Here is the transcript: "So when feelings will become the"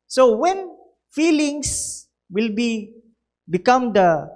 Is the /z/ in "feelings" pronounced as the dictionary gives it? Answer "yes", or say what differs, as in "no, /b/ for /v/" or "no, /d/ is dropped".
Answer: no, /s/ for /z/